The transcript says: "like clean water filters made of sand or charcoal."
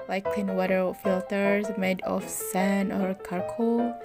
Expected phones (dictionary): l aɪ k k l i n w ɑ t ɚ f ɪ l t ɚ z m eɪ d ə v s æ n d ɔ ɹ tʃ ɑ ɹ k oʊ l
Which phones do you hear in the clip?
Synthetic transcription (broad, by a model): l aɪ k k l i n w ɑ t ɚ f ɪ l t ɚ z m eɪ d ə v s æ n ɔ ɹ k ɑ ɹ k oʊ